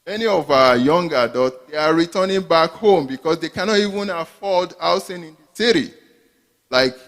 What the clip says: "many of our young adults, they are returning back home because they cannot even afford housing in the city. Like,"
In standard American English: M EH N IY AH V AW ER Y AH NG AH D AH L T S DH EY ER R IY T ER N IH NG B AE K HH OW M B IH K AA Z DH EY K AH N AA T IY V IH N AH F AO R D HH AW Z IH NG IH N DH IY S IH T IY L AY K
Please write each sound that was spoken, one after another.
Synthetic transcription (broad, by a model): M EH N IY AH V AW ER Y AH NG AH D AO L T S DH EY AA R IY T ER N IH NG B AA K HH OW M B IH K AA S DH EY K AH N AA T IY V IH N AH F AO L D AW S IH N IH N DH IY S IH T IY L AY K